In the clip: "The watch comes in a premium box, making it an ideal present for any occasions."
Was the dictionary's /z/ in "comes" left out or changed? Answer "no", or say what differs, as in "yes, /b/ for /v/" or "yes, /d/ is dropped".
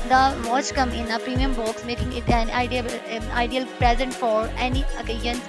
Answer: yes, /z/ is dropped